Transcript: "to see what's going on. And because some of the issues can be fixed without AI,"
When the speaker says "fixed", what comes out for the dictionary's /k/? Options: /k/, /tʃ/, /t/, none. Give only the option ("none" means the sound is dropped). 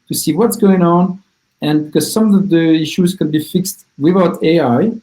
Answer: /k/